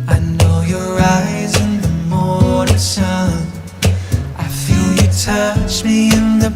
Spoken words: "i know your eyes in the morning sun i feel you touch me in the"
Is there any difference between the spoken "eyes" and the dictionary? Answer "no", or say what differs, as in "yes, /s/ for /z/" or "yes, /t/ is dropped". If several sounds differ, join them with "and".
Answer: no